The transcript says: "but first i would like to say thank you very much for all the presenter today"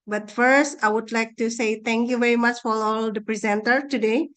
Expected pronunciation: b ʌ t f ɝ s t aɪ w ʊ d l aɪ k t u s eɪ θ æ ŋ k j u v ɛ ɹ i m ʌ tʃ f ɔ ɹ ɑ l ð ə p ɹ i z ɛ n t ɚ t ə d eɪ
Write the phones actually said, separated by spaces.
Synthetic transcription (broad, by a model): b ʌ t f ɝ s t aɪ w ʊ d l aɪ k t u s eɪ t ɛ ŋ k j u v ɛ ɹ i m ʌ tʃ f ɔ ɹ ɑ l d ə p ɹ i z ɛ n t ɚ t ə d eɪ